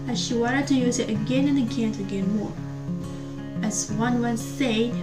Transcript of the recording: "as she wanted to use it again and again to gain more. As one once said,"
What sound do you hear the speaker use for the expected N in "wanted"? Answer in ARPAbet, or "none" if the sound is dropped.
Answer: none